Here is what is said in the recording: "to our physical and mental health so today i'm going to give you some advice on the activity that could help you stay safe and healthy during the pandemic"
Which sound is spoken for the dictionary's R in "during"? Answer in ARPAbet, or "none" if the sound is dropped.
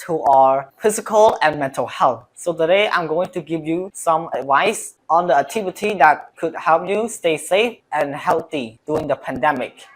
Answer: none